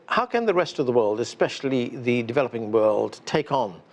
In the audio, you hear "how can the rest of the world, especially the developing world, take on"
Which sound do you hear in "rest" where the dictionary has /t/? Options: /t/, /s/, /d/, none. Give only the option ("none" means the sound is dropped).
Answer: /t/